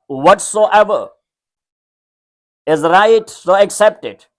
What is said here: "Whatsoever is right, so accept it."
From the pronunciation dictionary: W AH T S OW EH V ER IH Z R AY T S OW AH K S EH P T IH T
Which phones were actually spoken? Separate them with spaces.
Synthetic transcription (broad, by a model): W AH T S OW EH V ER IH Z R AY T S OW AH K S EH P T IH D